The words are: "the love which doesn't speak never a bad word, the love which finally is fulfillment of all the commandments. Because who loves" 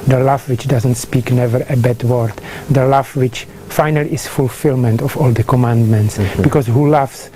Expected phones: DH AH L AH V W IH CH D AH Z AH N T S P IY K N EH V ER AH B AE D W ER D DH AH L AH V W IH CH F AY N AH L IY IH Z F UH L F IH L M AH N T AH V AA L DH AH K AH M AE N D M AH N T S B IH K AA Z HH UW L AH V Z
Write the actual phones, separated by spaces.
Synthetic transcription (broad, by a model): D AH L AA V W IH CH D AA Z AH N T S P IY K N EH V ER AH B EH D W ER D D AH L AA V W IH CH F AY N AH L IY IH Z F UH L F IH L M AH N T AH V AA L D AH K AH M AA N D M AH N T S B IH K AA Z HH UW L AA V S